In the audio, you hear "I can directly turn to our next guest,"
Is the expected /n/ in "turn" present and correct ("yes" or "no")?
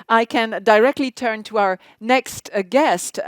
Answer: yes